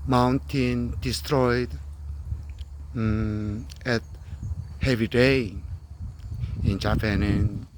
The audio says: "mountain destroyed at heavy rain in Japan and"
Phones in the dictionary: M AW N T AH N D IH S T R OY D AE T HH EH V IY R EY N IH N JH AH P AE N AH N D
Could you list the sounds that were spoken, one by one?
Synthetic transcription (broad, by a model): M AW N T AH N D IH S T R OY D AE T HH EH V IY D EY IH N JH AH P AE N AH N